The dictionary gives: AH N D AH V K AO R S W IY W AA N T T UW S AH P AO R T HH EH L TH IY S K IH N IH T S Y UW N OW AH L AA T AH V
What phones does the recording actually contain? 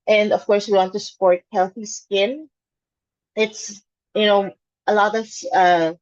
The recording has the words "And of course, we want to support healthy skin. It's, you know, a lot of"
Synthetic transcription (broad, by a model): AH N D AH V K AO R S W IY W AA N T T UW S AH P AO R T HH EH L TH IY S K IH N IH T S Y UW N OW AH L AA T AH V